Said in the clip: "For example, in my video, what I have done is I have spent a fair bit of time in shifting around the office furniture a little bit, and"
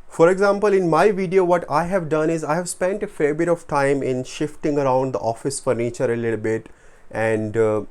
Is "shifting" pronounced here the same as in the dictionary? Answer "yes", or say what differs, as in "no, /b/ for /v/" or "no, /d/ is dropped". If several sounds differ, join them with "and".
yes